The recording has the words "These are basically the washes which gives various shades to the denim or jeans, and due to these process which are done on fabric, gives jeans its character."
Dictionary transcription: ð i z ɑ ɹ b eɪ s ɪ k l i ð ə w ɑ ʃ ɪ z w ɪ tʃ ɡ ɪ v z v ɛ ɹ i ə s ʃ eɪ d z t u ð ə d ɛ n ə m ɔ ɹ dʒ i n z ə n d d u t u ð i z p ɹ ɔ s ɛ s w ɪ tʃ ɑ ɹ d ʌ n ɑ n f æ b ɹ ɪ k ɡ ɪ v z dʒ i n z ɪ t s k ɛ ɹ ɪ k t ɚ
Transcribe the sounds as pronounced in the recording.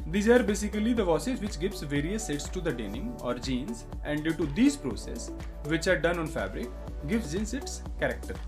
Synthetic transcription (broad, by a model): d i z ɑ ɹ b eɪ s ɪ k l i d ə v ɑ s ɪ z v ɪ tʃ ɡ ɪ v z v ɛ ɹ i ə s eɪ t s t u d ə d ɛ n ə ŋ ɔ ɹ dʒ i n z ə n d d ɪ t u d i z p ɹ ɔ s ɛ s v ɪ tʃ ɑ ɹ d ʌ n ɑ n f æ b ɹ ɪ k ɡ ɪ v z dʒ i n s ɪ t s k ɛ ɹ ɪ k t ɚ